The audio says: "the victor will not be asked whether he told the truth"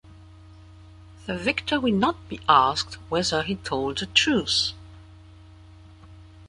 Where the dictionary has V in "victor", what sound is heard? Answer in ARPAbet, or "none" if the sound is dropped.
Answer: V